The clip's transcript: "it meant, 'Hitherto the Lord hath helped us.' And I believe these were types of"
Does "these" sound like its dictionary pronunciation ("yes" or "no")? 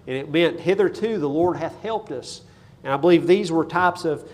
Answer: yes